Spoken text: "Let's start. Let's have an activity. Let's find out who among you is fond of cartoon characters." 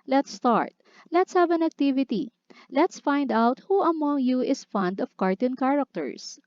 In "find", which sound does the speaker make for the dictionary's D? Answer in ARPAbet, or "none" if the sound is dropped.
D